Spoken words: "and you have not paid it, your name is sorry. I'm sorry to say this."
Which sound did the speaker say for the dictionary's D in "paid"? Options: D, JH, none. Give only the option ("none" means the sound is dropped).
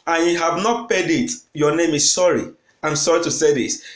D